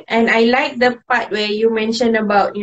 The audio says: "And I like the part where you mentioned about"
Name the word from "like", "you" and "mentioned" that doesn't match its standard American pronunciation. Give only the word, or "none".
mentioned